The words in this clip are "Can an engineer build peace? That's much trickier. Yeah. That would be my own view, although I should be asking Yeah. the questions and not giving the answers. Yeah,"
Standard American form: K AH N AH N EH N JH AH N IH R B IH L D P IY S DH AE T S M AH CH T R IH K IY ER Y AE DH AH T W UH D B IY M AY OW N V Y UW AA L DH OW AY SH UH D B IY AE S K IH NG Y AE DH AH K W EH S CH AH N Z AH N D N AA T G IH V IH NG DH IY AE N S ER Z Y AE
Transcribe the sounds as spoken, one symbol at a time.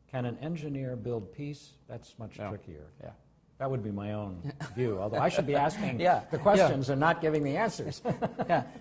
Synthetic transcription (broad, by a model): K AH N AH N EH N JH AH N IH R B IH L D P IY S DH AE T S M AH CH T R IH K IY ER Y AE DH AH T W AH D B IY M AY OW N V Y UW AA L DH OW AY SH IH D B IY AE S K IH NG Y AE DH AH K W EH S CH AH N Z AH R N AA T G IH V IH NG DH IY AE N S ER Z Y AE